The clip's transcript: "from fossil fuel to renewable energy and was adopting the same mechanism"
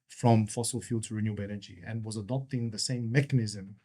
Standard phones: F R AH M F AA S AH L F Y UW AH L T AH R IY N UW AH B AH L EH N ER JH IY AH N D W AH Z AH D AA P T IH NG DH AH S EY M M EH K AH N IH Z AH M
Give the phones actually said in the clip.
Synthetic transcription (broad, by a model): F R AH M F AA S AH L F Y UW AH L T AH R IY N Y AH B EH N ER JH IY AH N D W AH Z AH D AA P T IH NG DH AH S EY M M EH K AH N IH Z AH M